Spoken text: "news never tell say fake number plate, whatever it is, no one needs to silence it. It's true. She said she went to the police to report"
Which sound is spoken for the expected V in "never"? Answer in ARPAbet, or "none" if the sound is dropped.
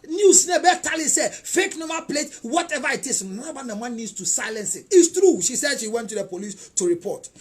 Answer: B